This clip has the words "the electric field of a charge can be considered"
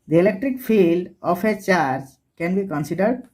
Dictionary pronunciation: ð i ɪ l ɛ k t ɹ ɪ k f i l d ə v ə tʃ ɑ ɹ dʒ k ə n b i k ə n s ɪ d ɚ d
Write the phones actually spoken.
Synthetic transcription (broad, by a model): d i ɪ l ɛ k t ɹ ɪ k f i l d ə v ə tʃ ɑ ɹ dʒ k ə n b i k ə n s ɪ d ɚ d